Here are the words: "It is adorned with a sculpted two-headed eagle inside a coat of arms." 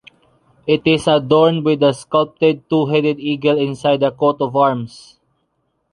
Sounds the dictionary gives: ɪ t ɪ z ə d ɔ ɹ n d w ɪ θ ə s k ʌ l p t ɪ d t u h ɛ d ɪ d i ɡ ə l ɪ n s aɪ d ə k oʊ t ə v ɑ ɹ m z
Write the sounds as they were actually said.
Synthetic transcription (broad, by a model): ɪ t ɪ s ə d ɔ ɹ n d w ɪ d ə s k ʌ l p t ɪ d t u h ɛ d ɪ d i ɡ ə l ɪ n s aɪ d ə k oʊ t ə v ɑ ɹ m s